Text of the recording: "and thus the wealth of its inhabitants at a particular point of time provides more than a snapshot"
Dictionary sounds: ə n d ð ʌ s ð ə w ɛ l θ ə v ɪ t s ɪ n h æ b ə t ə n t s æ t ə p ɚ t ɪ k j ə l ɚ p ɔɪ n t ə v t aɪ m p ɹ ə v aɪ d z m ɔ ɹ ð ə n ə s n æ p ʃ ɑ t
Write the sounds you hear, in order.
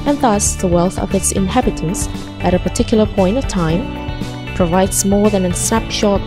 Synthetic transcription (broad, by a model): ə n ð ʌ s ð ə w ɛ l θ ə v ɪ t s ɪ n h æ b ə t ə n s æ t ə p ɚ t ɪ k j l ɚ p ɔɪ n t ə v t aɪ m p ɹ ə v aɪ d z m ɔ ɹ ð ə n ə s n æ p ʃ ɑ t